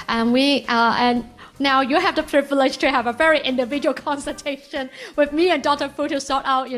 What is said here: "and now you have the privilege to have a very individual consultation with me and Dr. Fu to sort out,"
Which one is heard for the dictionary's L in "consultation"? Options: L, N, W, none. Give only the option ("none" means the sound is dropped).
none